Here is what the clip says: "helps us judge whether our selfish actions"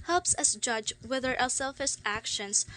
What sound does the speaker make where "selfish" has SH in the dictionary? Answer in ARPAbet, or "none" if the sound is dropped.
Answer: S